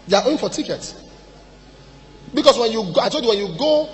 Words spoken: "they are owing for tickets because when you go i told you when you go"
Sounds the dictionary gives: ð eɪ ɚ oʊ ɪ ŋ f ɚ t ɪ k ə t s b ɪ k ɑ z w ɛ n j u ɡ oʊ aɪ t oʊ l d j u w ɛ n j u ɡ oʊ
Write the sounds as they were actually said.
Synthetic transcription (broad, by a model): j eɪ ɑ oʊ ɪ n f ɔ t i k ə t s b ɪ k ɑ s w ɛ n j u ɡ oʊ aɪ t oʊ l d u w ɛ n j u ɡ oʊ